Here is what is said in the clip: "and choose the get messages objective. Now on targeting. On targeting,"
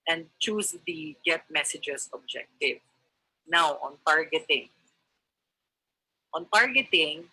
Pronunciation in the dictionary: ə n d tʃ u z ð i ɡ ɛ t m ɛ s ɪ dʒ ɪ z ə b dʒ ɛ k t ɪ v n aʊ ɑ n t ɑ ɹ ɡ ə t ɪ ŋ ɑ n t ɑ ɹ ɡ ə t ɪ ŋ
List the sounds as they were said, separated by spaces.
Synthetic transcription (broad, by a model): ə n d tʃ u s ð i ɡ ɛ t m ɛ s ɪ dʒ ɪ s ə b dʒ ɛ k t ɪ v n aʊ ɑ n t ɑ ɹ ɡ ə t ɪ ŋ ɑ n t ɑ ɹ ɡ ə t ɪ ŋ